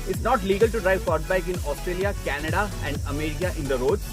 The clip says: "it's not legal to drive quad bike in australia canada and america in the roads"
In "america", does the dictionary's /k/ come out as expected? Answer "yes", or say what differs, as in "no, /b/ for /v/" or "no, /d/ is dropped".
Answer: no, /k/ is dropped